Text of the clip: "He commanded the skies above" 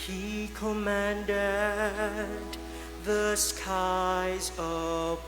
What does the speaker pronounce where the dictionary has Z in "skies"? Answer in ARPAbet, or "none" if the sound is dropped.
Z